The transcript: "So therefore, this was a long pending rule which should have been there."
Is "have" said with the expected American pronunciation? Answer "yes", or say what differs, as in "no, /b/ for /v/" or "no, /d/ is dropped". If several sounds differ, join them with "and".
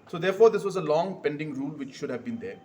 yes